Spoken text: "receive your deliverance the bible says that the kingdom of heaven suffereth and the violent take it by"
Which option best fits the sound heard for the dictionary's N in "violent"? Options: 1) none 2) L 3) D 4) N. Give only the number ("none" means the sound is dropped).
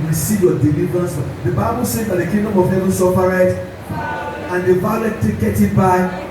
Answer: 1